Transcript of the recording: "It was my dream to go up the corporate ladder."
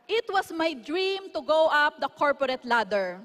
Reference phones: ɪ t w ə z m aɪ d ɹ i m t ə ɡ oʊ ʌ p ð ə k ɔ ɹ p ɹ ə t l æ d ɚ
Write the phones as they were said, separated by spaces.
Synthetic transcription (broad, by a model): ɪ t w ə s m aɪ d ɹ i m t ə ɡ oʊ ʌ p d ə k ɔ ɹ p ɹ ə t l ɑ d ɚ